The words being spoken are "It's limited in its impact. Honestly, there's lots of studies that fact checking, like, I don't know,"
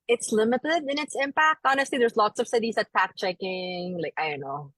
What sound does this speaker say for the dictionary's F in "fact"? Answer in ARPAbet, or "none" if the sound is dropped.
P